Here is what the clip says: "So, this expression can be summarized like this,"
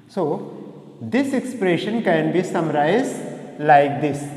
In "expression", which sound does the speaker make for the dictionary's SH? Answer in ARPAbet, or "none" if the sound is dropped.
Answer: SH